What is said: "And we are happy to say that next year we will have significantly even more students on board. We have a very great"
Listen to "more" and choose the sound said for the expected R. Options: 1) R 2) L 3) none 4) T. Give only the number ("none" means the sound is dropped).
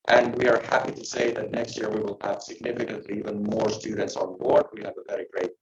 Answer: 1